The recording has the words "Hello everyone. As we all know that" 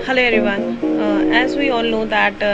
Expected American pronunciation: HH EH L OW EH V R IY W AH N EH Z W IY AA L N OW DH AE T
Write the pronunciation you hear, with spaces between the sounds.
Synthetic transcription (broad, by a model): HH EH L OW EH R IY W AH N EH Z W IY AA L N OW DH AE T